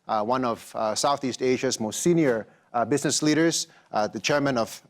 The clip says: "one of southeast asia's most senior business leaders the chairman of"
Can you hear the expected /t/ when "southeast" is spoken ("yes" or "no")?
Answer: yes